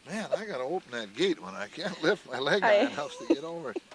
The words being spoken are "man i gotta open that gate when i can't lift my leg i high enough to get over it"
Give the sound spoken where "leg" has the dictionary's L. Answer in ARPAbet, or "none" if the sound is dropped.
L